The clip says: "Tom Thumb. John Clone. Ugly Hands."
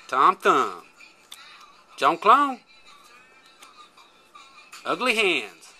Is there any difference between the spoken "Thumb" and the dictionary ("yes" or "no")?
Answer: yes